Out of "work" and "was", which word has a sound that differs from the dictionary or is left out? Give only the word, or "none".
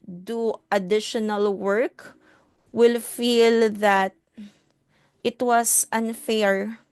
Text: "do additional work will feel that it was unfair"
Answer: was